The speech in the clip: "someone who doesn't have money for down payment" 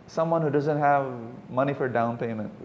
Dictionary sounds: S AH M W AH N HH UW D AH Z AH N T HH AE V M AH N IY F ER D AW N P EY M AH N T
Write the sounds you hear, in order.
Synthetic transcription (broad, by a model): S AH M W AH N HH UW D AH Z AH N T HH AE V M AH N IY F ER D AW N P EY M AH N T